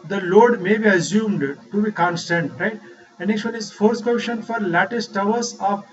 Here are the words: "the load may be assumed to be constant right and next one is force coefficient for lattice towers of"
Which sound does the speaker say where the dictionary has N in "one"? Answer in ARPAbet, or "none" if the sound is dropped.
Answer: L